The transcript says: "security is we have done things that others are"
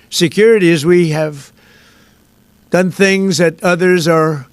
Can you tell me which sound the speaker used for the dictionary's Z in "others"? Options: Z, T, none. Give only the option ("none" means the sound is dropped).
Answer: Z